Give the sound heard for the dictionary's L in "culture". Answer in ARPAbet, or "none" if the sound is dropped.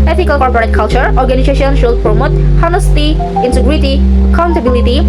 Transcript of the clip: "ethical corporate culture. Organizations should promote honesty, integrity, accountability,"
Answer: L